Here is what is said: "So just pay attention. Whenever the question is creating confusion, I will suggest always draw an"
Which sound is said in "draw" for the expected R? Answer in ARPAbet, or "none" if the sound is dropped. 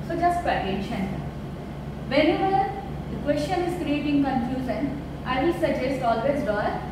none